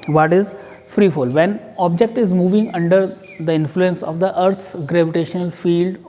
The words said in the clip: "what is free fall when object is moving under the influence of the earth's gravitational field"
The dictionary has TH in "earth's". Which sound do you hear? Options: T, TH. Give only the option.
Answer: T